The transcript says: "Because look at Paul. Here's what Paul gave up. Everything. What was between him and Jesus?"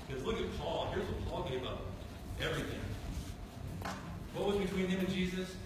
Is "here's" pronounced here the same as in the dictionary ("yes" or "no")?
yes